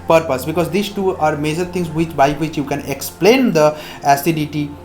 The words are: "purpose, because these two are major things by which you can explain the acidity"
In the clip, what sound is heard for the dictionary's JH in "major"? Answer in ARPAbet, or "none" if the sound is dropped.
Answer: JH